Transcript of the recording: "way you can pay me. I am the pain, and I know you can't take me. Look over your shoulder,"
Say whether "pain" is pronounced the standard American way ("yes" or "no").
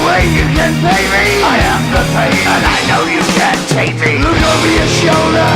no